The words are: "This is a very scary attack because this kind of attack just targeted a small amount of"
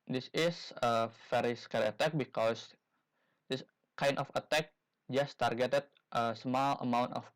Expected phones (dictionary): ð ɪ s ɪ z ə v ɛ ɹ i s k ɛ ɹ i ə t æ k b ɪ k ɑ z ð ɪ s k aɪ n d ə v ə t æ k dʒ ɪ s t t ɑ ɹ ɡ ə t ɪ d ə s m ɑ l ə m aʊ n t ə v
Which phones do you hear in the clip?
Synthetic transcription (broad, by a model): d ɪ s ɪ s ə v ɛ ɹ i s k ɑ l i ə t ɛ k b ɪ k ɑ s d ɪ s k aɪ n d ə f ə t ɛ k dʒ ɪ s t t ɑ ɹ ɡ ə t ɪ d ə s m ɑ l ə m aʊ n t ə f